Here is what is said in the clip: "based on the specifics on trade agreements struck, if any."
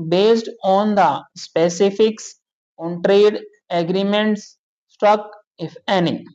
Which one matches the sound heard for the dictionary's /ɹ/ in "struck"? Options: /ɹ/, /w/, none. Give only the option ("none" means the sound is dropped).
none